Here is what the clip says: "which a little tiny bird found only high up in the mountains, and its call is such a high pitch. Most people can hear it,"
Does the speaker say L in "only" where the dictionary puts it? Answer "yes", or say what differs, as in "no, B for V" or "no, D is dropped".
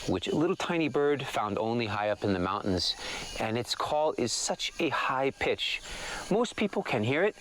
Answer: yes